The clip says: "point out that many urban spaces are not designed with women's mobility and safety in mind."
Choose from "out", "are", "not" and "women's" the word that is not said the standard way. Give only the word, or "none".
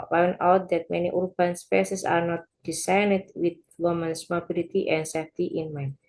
women's